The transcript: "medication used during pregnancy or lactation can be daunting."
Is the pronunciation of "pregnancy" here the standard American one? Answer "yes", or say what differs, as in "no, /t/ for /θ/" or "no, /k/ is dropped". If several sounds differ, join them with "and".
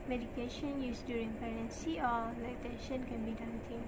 no, /ɹ/ is dropped